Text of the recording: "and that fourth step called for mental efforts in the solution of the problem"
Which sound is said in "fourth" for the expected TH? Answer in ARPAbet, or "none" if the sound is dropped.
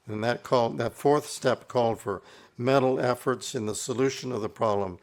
TH